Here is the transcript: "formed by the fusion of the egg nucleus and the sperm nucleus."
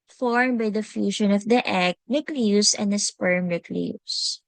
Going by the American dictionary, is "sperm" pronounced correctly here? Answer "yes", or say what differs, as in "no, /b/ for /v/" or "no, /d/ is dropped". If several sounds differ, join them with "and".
yes